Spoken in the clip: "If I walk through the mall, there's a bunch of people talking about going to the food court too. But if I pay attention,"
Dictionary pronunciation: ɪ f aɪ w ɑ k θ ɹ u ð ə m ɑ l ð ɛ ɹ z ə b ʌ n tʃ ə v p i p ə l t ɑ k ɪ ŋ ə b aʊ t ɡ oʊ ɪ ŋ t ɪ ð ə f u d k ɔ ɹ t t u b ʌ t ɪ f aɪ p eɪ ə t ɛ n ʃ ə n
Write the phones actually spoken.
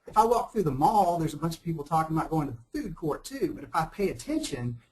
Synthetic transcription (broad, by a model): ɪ f aɪ w ɑ k θ ɹ u ð ə m ɑ l ð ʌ ɹ z ə b ʌ n tʃ ə v p i p l t ɑ k ɪ ŋ ə b aʊ t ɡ oʊ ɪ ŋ t ɪ ð ə f u d k ɔ ɹ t t u b ʌ t ɪ f aɪ p eɪ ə t ɛ n ʃ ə n